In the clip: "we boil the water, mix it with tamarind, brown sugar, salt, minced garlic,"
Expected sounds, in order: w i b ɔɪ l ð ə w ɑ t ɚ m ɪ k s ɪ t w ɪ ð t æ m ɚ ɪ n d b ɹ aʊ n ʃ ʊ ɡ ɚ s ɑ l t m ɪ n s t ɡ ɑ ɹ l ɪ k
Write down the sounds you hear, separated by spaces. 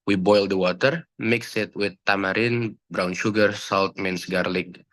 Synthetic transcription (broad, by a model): w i b ɔɪ l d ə w ɑ t ɚ m ɪ k s ɪ t w ɪ ð t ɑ m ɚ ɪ n b ɹ aʊ n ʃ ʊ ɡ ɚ s ɑ l t m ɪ n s ɡ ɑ ɹ l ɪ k